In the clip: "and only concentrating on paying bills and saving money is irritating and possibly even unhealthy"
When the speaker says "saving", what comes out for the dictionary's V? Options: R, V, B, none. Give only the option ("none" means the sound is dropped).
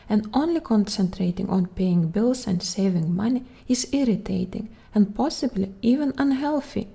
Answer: V